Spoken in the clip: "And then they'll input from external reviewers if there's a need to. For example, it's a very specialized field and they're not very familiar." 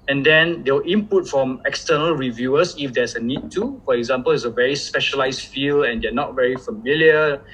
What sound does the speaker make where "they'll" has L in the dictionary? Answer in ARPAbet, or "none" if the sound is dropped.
W